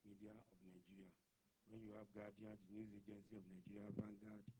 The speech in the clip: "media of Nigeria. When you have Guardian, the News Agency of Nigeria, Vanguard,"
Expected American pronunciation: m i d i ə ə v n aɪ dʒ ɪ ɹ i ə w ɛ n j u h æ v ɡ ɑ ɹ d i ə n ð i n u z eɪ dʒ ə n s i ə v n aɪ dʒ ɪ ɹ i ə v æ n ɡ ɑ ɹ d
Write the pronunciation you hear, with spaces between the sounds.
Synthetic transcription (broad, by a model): m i d i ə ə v n aɪ dʒ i ɹ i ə w ɛ n j u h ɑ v ɡ ɑ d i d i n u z eɪ dʒ ə n s i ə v n aɪ dʒ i ɹ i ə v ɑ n ɡ ɑ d